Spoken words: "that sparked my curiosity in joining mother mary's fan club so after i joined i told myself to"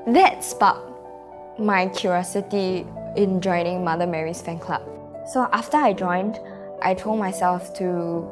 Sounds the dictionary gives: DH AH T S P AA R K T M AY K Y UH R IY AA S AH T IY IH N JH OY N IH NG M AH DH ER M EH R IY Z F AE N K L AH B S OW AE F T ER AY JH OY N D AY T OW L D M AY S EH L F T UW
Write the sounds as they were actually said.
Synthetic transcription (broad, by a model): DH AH T S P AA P M AY K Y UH R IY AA S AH T IY IH N JH OY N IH NG M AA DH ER M EH R IY S F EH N K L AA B S OW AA F T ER AY JH OY N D AY T OW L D M AY S EH L F T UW